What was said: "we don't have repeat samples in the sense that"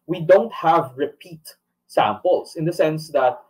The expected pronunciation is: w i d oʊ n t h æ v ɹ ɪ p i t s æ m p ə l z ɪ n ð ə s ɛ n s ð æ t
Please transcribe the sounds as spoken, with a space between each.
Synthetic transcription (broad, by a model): w i d oʊ n t h æ v ɹ ɪ p i t s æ m p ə l s ɪ n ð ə s ɛ n s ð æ t